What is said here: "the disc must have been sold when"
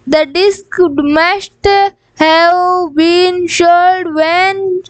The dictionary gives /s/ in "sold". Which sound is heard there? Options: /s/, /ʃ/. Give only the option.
/ʃ/